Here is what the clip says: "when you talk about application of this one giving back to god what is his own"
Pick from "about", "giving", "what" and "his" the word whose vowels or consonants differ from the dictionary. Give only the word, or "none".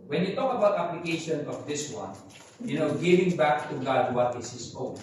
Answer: his